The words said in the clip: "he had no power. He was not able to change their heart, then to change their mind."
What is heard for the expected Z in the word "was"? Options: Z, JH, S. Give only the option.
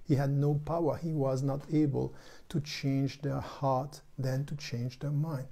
Z